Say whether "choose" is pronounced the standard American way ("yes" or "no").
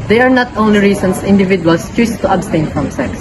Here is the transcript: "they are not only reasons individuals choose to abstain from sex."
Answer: no